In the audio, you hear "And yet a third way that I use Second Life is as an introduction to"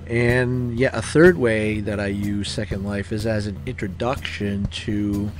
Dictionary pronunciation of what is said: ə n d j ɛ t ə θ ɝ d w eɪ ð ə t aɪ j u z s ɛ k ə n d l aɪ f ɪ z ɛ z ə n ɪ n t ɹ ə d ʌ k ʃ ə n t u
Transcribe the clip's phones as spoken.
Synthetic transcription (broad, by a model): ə n j ɛ t ə θ ɝ d w eɪ ð ə t aɪ j u z s ɛ k ə n d l aɪ f ɪ z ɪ z ə n ɪ n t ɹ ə d ʌ k ʃ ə n t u